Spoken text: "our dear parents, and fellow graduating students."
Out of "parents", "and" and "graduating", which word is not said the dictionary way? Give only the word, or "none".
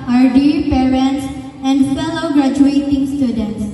none